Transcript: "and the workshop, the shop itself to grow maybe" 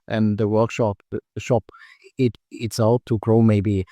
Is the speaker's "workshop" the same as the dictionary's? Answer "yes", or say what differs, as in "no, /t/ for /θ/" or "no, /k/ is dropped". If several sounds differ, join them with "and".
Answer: yes